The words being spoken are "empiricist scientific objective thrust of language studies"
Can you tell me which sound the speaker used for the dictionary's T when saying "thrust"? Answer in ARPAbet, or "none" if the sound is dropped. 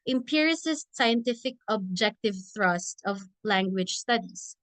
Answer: T